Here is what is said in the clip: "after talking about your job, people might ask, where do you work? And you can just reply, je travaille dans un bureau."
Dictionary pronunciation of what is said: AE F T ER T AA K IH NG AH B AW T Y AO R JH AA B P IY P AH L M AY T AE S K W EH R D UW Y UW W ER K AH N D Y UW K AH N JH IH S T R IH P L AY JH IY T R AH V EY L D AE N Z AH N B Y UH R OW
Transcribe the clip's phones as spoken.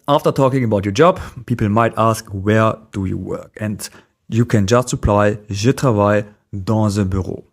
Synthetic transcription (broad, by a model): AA F T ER T AA K IH NG AH B AW T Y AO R JH AA B P IY P L M AY T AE S K W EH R D UW Y UW W ER K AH N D Y UW K AH N JH IH S T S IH P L AY ZH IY T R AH V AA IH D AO Z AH B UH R OW